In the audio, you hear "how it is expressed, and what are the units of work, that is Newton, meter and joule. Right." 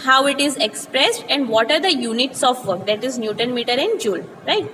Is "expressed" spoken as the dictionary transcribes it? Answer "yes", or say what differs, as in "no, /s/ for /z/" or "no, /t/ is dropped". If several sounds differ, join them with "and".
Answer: yes